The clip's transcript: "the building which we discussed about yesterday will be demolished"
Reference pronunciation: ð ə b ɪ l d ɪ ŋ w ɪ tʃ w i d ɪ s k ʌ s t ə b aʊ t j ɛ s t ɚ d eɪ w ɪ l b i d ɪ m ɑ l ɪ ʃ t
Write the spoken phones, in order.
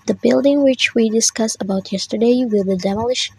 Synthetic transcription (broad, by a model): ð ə b ɪ l d ɪ ŋ w ɪ tʃ w i d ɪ s k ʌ s ə b aʊ t j ɛ s t ɚ d eɪ w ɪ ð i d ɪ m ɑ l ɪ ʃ